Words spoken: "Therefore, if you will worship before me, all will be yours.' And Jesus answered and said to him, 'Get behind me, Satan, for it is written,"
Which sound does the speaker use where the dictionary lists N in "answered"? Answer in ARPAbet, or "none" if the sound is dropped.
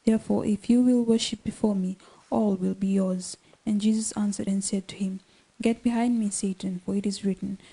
N